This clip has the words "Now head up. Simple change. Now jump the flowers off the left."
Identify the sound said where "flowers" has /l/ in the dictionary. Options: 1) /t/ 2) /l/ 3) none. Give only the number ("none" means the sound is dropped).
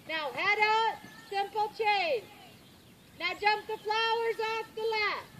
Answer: 2